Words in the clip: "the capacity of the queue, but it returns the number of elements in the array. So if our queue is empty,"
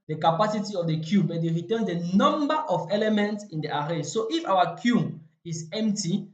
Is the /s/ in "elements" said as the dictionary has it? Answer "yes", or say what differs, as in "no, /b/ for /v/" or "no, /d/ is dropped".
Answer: yes